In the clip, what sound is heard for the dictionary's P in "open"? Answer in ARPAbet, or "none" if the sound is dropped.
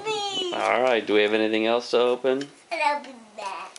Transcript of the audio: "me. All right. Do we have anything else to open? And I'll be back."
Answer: P